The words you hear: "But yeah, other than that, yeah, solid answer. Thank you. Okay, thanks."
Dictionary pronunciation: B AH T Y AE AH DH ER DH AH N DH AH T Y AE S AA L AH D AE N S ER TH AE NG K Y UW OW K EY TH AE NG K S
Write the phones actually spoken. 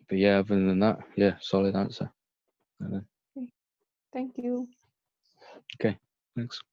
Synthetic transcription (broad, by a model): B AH T Y AE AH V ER DH AH N DH AH T Y AE S AA L AH D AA N S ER TH AE NG K Y UW OW K EY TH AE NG K S